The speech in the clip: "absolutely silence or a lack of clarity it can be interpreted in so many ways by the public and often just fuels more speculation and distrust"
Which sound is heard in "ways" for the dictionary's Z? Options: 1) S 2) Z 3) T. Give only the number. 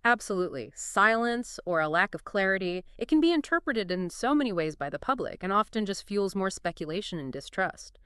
2